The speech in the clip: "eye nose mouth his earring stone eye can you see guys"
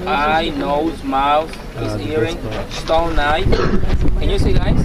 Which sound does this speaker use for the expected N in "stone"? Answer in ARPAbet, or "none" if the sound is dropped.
N